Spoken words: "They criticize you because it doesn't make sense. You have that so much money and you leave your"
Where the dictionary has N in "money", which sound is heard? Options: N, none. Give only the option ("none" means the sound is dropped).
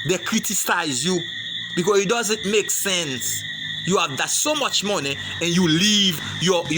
N